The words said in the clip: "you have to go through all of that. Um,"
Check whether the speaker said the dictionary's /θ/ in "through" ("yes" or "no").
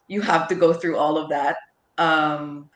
yes